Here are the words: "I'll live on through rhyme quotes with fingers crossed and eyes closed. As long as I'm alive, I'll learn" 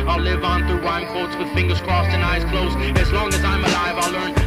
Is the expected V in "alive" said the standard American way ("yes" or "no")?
yes